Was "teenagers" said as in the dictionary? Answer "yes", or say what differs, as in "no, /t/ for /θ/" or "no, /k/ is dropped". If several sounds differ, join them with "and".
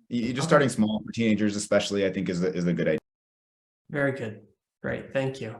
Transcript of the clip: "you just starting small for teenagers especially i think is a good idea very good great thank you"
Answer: yes